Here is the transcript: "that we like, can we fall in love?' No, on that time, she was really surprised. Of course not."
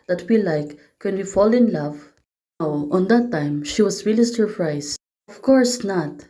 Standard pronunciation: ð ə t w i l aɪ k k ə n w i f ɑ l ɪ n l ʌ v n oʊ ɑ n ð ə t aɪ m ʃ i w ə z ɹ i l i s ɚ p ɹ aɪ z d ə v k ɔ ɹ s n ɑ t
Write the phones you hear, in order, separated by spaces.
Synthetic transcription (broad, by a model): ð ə t w i l aɪ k k ə n w i f ɑ l ɪ n l ʌ v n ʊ ɑ n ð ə t aɪ m ʃ i w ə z ɹ i l i s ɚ p ɹ aɪ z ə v k ɔ ɹ s n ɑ t